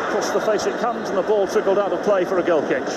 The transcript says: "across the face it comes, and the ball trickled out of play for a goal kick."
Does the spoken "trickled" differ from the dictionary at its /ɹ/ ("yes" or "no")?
yes